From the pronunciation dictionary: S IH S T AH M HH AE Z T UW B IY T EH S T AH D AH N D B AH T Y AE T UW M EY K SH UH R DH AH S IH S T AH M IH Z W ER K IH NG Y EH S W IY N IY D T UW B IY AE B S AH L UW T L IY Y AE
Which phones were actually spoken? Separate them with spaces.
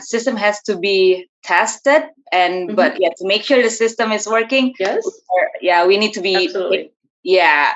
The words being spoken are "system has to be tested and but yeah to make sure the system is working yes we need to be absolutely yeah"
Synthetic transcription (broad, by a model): S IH S T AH M HH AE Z T UW B IY T EH S T AH D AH N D B AH T Y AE T UW M EY K SH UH R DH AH S IH S T AH M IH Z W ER K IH NG Y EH W IY N IY D T UW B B IY Y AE